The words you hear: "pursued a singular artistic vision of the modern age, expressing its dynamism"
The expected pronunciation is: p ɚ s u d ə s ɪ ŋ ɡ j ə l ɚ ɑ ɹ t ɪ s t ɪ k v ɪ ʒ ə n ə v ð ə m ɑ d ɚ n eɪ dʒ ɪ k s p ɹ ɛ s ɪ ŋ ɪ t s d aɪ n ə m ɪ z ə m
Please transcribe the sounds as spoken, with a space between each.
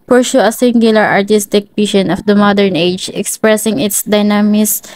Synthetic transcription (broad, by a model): p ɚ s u ə s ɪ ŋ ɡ j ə l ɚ ɑ ɹ t ɪ s t ɪ k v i ʃ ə n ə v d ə m ɑ d ɚ n eɪ dʒ ɪ k s p ɹ ɛ s ɪ ŋ ɪ t s d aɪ n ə m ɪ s